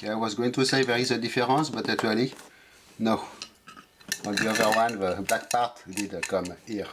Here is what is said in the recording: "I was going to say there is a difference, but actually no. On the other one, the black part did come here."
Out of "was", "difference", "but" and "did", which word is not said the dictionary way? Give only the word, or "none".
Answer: difference